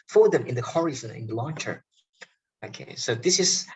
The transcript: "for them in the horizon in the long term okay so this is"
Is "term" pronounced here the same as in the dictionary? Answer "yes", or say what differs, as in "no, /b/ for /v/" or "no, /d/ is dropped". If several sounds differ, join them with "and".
no, /m/ is dropped